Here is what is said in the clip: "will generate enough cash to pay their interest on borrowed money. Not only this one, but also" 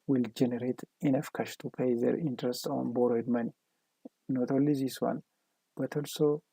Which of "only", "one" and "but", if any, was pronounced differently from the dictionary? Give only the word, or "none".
only